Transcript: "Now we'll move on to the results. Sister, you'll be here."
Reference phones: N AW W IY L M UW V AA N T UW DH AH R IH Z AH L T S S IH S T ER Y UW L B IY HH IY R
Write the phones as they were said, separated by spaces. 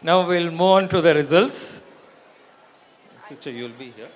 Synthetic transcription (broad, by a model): N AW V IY L M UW AA N T UW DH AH R IH Z AH L T S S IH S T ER Y UW L B IY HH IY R